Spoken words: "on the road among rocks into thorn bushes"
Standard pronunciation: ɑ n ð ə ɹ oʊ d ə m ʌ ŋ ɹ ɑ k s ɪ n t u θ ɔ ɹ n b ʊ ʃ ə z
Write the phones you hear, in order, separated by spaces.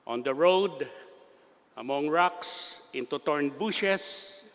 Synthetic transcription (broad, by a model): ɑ n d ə ɹ oʊ d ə m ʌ ŋ ɹ ɑ k s ɪ n t u t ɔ ɹ n b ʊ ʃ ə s